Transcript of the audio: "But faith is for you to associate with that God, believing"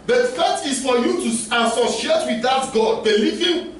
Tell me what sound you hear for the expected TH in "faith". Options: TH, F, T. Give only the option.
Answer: T